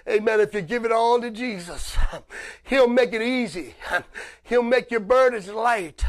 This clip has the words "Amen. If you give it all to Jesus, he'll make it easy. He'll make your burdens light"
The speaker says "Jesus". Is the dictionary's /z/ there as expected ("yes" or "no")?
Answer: yes